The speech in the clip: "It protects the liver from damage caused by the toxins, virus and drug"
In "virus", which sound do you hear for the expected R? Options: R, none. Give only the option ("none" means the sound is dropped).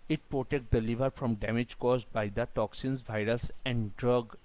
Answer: R